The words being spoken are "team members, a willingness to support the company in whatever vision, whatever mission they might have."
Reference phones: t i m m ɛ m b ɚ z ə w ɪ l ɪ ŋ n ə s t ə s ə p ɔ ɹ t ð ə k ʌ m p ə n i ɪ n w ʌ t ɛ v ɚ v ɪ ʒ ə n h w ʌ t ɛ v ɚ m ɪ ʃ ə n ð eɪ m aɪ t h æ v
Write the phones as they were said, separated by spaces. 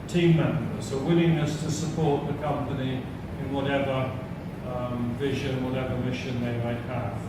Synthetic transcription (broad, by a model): t i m m ɛ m b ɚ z ə w ɪ l ɪ ŋ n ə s t ə s ə p ɔ ɹ t ð ə k ʌ m p ə n i ɪ n w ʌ t ɛ v ɚ v ɪ ʒ ə n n w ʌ t ɛ v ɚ m ɪ ʃ ə n ð eɪ m aɪ t h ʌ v